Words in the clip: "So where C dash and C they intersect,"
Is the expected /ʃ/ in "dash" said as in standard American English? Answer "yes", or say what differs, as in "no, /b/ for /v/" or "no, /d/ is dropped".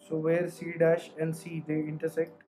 yes